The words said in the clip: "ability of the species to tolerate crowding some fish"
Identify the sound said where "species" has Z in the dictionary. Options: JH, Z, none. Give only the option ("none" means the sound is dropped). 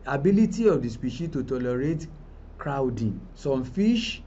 none